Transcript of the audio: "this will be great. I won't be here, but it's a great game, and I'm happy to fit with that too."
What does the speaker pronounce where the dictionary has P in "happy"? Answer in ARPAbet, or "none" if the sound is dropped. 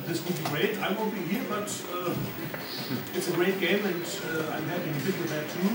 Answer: none